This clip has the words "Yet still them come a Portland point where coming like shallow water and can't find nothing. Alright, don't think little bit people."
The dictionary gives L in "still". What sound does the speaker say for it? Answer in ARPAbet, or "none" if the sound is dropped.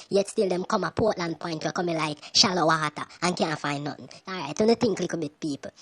L